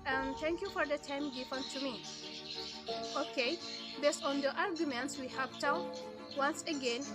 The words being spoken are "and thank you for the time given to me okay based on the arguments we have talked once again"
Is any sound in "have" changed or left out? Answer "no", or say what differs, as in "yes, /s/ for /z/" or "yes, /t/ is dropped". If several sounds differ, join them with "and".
yes, /p/ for /v/